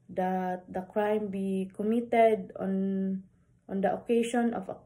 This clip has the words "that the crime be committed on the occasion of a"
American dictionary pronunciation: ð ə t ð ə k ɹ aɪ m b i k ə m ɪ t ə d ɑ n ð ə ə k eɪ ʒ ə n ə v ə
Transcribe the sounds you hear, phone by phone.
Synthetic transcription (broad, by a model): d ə t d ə k ɹ aɪ m b i k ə m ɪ t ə d ɑ n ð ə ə k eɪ ʃ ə n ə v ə